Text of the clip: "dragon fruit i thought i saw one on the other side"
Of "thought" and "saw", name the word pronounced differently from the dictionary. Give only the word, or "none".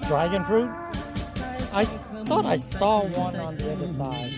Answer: none